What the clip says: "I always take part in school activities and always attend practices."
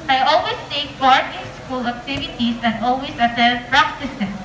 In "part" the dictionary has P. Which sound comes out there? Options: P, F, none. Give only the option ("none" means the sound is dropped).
F